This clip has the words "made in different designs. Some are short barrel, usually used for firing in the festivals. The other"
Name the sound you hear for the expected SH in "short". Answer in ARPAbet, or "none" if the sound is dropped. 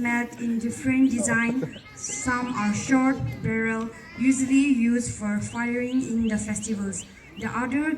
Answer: SH